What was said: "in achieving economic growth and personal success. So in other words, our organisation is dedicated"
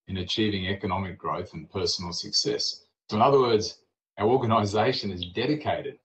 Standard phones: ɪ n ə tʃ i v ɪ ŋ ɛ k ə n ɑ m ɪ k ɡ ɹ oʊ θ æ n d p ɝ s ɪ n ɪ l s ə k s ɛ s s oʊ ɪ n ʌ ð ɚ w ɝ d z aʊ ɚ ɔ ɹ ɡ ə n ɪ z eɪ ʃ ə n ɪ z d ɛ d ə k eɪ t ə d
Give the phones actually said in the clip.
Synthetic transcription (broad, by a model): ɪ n ə tʃ i v ɪ ŋ ɛ k ə n ɑ m ɪ k ɡ ɹ oʊ θ n p ɝ s n l s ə k s ɛ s s oʊ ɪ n ʌ ð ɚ w ɝ d z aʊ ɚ ɔ ɹ ɡ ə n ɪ z eɪ ʃ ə n ɪ z d ɛ d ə k eɪ t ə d